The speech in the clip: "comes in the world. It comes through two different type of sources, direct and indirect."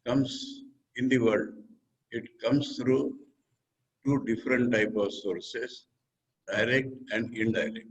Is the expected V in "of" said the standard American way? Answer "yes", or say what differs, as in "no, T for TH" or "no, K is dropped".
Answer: yes